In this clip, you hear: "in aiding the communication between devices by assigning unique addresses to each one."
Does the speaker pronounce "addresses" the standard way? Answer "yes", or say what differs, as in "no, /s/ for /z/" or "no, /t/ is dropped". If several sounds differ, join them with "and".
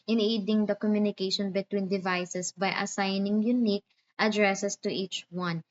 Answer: no, /s/ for /z/